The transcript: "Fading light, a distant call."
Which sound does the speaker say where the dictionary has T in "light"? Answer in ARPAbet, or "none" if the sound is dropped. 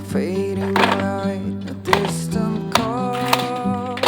none